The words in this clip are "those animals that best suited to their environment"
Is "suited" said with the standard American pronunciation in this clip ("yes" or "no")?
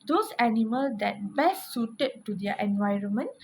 yes